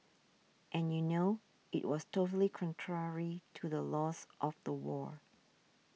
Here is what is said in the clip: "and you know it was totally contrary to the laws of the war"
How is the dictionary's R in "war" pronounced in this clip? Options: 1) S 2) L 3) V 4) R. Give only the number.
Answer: 4